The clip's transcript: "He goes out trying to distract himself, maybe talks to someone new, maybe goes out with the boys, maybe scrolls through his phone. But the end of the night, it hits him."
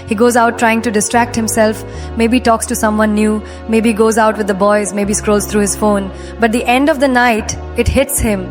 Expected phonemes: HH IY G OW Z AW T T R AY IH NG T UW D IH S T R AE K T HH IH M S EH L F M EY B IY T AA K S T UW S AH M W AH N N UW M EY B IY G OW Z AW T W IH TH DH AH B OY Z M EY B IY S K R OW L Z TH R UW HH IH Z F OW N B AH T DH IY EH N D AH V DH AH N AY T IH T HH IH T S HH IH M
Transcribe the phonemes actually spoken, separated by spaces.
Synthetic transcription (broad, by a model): HH IY G OW Z AW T T R AY IH NG T UW D IH S T R AE K T HH IH M S EH L F M EY B IY T AA K S T UW S AH M W AH N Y UW M EY B IY G OW Z AW T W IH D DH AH B OY Z M EY B IY S K R OW L Z T R UW HH IH Z F OW N B AH T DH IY EH N D AH V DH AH N AY T IH T HH IH T S HH IH M